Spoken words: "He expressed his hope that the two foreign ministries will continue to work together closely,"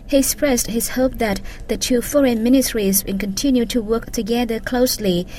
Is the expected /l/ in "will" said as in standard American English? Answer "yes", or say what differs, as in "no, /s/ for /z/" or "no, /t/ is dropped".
no, /n/ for /l/